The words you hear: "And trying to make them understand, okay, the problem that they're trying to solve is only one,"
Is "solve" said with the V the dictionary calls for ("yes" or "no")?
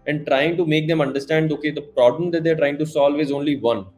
yes